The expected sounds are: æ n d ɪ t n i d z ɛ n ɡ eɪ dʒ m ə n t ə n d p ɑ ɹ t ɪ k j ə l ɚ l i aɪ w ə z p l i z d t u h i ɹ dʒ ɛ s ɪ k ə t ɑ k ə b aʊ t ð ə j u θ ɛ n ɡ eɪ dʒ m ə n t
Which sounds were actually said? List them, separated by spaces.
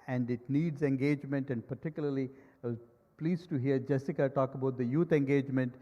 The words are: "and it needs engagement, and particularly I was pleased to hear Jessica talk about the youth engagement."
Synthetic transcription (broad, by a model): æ n d ɪ t n i d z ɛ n ɡ eɪ dʒ m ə n t ə n d p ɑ ɹ t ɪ k j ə l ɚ l i aɪ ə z p l i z t u h i ɹ dʒ ɛ s ɪ k ə t ɑ k ə b aʊ t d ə j u t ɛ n ɡ eɪ dʒ m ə n t